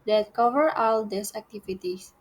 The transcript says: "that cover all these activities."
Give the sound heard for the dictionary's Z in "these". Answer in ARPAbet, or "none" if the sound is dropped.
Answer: S